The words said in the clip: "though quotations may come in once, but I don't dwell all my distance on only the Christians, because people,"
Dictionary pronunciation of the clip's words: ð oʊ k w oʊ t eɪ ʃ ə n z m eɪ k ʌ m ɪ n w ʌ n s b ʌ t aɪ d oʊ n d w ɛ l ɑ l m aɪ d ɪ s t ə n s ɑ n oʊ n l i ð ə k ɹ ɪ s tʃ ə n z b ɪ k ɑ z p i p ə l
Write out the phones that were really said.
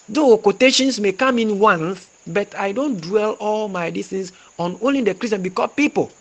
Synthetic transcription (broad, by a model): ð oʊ k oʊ t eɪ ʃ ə n s m eɪ k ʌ m ɪ n w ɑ n θ b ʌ t aɪ d oʊ n d w ɛ l ɑ l m aɪ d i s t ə n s ɑ n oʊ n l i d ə k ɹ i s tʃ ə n b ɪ k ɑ p i p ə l